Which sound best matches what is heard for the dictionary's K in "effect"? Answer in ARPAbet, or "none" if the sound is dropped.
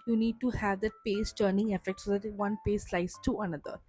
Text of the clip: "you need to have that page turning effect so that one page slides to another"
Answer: K